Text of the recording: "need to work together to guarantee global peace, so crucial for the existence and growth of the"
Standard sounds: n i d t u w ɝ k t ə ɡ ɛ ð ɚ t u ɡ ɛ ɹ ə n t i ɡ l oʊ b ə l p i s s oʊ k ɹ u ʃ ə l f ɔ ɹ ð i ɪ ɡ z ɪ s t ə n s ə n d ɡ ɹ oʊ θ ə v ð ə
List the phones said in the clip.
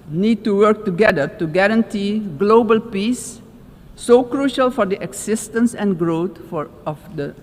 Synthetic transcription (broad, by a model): n i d t u w ɝ k t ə ɡ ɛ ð ɚ t u ɡ ɛ ɹ ə n t i ɡ l oʊ b ə l p i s s oʊ k ɹ u ʃ ə l f ɔ ɹ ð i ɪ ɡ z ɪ s t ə n s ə n ɡ ɹ oʊ f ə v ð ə